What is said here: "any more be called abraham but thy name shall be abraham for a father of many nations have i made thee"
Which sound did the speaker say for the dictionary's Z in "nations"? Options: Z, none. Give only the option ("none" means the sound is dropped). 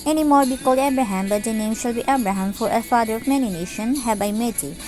none